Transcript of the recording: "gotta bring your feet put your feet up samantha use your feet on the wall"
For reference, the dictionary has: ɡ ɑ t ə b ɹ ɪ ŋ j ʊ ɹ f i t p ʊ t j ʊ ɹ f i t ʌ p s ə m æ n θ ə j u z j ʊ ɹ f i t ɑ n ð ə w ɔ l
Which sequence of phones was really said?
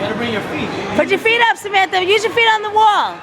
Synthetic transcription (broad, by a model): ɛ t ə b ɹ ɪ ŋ j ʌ ɹ f i t b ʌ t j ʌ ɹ f i t ʌ p s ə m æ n t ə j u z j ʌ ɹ f i t n ð ə w ɔ l